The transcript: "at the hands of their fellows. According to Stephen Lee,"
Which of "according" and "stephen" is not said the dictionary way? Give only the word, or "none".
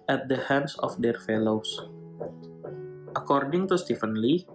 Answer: stephen